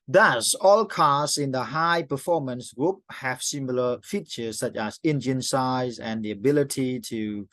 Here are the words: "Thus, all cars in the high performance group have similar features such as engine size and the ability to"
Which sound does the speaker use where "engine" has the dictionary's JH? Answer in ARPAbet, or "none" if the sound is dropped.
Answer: JH